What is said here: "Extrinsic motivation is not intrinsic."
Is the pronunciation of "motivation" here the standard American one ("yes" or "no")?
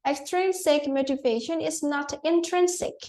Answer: yes